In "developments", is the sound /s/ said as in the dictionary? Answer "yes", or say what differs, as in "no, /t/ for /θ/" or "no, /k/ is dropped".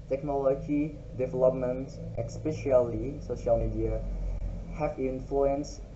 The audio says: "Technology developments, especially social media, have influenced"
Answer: no, /s/ is dropped